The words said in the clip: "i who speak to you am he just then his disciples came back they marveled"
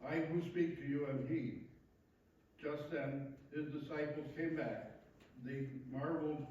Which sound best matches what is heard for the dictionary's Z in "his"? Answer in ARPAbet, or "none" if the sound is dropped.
Z